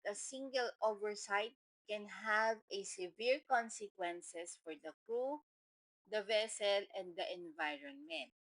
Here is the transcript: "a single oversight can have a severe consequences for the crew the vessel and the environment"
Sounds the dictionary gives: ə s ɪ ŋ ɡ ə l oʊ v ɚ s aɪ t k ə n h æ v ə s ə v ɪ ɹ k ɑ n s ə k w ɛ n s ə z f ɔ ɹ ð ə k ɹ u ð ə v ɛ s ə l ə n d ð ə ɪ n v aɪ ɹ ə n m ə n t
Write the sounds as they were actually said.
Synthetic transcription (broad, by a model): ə s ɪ ŋ ɡ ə l oʊ v ɚ s aɪ t k ə n h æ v ə s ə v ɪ ɹ k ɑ n s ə k w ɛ n s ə s f ɔ ɹ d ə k ɹ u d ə v ɛ s ə l ə n d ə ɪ n v aɪ ɹ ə n m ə n t